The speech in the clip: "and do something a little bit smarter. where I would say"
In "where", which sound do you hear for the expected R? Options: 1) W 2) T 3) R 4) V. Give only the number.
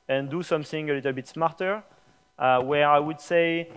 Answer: 3